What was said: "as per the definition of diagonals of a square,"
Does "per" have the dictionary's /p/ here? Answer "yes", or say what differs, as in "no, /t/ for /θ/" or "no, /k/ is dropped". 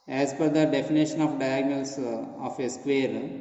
no, /f/ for /p/